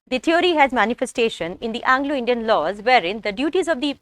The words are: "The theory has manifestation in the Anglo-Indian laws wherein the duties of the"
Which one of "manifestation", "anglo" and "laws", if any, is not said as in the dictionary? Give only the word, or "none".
none